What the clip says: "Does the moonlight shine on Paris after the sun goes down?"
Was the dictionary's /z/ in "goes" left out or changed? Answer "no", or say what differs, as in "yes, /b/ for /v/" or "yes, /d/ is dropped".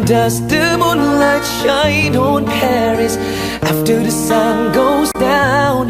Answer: no